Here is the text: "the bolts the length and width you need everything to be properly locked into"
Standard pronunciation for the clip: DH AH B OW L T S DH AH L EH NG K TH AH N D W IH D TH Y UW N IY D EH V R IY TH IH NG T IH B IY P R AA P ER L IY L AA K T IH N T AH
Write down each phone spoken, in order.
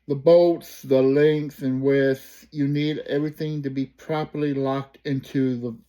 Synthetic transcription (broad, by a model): DH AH B OW T S DH AH L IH NG K S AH N W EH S Y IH N IY D EH V R IY TH IH NG T IH B IY P R AA P ER L IY L AA K T IH N T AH